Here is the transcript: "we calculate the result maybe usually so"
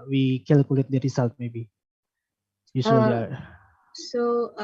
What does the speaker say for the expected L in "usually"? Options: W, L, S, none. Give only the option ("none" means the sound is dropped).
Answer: none